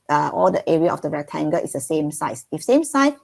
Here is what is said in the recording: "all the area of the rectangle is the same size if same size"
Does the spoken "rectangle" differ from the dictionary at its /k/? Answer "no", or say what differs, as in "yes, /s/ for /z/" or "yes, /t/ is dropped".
yes, /k/ is dropped